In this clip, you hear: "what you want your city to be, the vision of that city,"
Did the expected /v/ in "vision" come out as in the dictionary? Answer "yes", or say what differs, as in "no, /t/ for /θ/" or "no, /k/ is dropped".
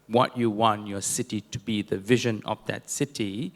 yes